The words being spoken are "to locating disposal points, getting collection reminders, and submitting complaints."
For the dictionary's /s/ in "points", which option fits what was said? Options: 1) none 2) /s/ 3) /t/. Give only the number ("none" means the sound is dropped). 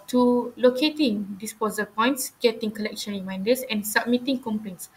2